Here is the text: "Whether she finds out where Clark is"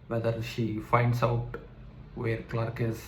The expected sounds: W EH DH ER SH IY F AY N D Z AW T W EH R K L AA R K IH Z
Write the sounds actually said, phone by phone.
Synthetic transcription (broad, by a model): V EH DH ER SH IY F AY N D S AW T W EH R K L AA R K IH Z